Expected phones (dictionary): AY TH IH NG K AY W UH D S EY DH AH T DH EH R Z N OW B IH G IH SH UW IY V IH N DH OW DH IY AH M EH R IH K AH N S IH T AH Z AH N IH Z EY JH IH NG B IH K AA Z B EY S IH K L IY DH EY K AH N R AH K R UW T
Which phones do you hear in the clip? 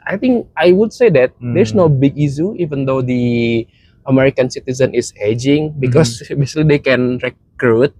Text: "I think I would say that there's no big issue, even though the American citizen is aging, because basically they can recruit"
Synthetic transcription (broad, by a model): AY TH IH NG K AY W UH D S EY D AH T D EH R S N OW B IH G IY S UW IY V IH N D OW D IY AH M EH R IH K AH N S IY T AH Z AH N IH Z EY JH IH NG B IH K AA S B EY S L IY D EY K AH N R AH K R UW T